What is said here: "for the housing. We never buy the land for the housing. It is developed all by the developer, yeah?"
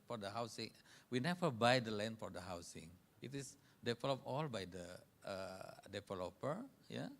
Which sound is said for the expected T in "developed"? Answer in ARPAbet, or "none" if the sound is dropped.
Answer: none